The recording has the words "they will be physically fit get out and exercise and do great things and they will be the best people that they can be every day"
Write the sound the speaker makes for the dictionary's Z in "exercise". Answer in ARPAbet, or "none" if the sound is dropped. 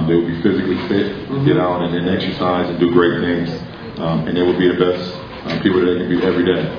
Z